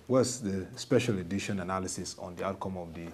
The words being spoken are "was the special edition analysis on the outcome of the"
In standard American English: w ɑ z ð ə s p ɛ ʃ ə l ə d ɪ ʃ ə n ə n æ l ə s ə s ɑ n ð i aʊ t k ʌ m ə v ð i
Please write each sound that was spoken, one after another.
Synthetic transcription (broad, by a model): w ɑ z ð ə s p ɛ ʃ ə l ə d ɪ ʃ ə n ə n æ l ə s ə s ɑ n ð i aʊ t k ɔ m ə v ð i